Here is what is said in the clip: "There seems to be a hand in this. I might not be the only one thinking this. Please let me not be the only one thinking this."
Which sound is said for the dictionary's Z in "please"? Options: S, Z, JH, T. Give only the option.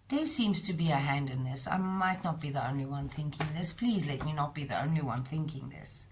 Z